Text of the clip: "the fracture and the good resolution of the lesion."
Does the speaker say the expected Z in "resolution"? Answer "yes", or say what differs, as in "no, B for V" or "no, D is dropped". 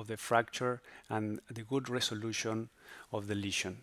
no, S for Z